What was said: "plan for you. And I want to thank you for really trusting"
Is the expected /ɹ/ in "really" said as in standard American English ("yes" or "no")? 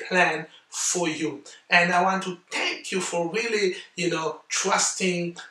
no